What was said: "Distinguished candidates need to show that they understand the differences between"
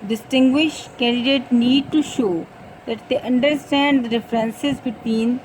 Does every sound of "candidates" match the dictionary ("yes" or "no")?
no